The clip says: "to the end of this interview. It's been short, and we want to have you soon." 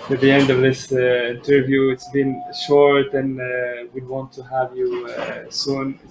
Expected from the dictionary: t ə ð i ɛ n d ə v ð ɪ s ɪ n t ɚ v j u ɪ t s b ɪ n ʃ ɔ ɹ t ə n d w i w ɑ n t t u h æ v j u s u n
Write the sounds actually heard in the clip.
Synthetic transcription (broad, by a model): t ð i ɛ n d ə v ð ɪ s ɪ n t ɚ v j u ɪ t s b ɪ n ʃ ɔ ɹ t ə n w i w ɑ n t t u h æ v j u s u n